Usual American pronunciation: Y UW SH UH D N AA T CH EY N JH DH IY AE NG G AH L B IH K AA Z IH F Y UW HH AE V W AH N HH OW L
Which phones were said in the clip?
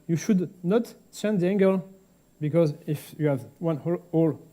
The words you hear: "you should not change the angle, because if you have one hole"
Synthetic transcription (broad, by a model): Y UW SH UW D N AA T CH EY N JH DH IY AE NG G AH L B IH K AA Z IH F Y UW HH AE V W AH N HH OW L